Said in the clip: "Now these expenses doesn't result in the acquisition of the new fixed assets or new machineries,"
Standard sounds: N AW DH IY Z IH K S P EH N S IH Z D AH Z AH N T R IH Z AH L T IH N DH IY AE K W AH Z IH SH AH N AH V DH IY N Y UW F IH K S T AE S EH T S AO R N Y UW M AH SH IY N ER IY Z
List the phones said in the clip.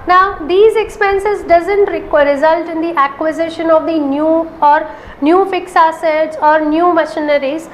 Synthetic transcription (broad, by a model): N AW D IY Z IH K S P EH N S IH Z D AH Z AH N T R IH Z AH L T IH N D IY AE K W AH Z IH SH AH N AH V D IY N Y UW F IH K S AE S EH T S AO R N Y UW M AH SH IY N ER IY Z